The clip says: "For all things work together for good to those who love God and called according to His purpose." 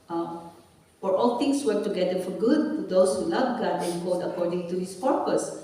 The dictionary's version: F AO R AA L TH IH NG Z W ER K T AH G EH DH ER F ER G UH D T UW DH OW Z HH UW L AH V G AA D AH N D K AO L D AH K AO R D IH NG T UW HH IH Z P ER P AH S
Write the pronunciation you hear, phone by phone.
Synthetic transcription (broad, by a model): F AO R AA L T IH NG S W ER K T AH G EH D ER F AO G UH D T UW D OW S HH UW L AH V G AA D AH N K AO D AH K AO R D IH NG T UW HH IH S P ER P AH S